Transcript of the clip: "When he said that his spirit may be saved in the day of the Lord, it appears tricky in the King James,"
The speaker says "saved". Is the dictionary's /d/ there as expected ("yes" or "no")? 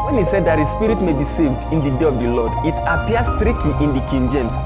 yes